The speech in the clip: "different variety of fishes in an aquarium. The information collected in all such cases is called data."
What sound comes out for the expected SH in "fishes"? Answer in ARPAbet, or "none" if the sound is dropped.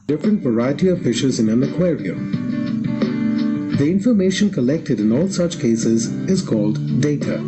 SH